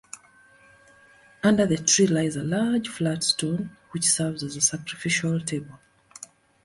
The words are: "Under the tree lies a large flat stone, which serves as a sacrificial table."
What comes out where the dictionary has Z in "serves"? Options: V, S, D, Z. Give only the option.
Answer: Z